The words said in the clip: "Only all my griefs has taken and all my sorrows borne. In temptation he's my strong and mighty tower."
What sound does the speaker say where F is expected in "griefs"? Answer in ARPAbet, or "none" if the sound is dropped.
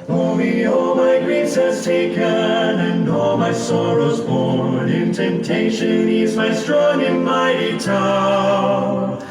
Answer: none